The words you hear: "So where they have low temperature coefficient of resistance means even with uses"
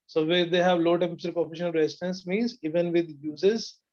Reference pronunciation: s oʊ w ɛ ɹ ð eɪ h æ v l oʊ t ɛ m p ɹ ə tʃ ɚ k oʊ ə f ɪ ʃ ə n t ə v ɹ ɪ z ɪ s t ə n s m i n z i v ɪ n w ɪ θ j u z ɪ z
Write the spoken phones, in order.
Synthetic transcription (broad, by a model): s oʊ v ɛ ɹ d eɪ h æ v l oʊ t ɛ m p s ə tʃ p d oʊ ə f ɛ ʃ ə n ə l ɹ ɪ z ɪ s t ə n s m i n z i v ɪ n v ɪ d j u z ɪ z